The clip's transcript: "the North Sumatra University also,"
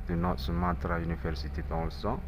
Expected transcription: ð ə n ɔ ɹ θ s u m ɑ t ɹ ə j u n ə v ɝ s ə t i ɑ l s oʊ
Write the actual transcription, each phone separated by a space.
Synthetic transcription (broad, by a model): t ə n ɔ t s u m ɑ t ɹ ə j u n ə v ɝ s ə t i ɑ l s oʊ